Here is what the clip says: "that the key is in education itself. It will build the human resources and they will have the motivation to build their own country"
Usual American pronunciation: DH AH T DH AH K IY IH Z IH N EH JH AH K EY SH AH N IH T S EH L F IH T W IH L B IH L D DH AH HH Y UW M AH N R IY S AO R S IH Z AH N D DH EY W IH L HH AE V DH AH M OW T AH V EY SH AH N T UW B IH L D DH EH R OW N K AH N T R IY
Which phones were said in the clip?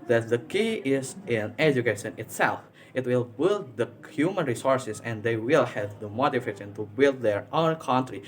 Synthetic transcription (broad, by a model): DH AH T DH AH K IY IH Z IH N EH JH AH K EY SH AH N IH T S EH L F IH T W IH L B IH L D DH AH HH Y UW M AH N R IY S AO R S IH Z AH N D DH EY W IH L HH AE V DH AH M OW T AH F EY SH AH N T UW B IH L D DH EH R OW N K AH N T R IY